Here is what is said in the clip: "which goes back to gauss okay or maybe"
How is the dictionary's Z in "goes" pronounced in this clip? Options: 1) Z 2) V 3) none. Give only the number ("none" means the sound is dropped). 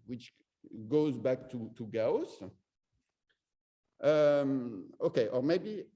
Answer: 1